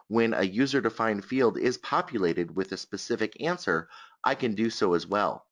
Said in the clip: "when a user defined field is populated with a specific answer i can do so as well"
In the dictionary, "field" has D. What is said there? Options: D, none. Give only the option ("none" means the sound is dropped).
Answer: D